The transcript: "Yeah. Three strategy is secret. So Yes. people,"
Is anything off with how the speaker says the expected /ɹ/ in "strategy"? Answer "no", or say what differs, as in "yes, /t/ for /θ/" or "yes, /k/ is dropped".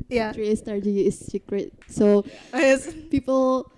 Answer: yes, /ɹ/ is dropped